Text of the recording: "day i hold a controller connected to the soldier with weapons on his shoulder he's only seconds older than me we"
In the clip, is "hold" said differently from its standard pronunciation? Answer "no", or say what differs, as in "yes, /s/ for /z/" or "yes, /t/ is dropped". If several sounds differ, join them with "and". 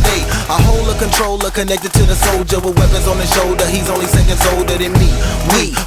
yes, /d/ is dropped